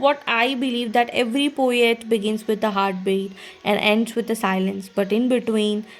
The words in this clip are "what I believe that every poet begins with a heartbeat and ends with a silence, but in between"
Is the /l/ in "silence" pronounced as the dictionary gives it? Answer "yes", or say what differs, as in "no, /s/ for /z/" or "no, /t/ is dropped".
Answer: yes